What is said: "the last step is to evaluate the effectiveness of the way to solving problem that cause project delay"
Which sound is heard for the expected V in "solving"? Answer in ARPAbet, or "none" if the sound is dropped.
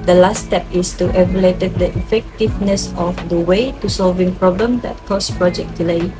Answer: V